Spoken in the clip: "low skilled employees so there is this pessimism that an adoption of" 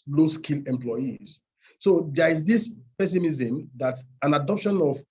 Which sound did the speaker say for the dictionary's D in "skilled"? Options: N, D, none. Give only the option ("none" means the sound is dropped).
none